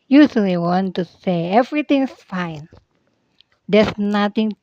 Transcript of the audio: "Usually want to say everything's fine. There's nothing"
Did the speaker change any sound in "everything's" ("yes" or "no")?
yes